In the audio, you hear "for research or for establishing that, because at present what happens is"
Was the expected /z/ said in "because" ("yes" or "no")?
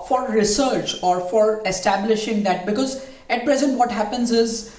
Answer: yes